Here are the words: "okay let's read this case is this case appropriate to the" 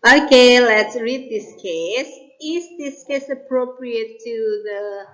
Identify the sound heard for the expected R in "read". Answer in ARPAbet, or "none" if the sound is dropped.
R